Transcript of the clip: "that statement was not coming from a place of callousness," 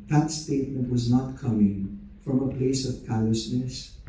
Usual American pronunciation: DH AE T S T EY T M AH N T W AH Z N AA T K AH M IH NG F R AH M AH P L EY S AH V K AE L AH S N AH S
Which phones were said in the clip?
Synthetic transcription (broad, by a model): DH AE T S T EY T M AH N T W AH Z N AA T K AH M IH NG F R AH M AH P L EY S AH V K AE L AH S N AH S